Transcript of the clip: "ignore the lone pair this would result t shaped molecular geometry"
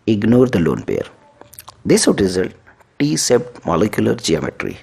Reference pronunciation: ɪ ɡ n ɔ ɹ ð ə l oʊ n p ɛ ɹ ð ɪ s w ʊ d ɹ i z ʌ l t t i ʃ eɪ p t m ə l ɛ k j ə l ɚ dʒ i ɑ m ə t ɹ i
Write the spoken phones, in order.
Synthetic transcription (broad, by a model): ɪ ɡ n ɔ ɹ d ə l oʊ n p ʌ ɹ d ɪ s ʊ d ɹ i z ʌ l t t i s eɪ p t m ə l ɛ k j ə l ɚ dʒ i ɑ m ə t ɹ i